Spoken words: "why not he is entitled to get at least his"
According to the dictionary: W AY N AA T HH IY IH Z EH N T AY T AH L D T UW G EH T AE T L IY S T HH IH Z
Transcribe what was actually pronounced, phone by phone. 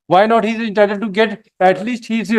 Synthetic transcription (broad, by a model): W AY N AA T HH IY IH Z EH N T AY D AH D T UW G EH T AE T L IY S T HH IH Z